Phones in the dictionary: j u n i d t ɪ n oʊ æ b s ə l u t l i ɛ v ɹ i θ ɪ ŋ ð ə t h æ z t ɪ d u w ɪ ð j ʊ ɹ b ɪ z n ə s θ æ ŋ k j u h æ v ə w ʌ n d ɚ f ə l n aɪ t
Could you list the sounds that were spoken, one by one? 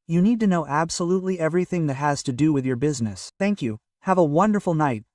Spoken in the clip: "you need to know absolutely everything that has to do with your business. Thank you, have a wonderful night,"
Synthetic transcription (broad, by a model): j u n i d t ɪ n oʊ æ b s ə l u t l i ɛ v ɹ i θ ɪ ŋ ð ə t h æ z t ɪ d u w ɪ ð j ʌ ɹ b ɪ z n ə s θ æ ŋ k j u h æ v ə w ʌ n d ɚ f l n aɪ t